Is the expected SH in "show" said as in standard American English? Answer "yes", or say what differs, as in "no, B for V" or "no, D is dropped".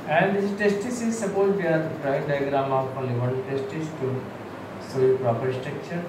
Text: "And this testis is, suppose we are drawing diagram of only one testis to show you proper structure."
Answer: no, S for SH